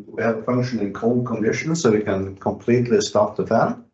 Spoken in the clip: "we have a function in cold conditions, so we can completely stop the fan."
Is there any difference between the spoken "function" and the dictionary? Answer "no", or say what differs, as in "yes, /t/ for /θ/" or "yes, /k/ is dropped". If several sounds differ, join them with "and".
no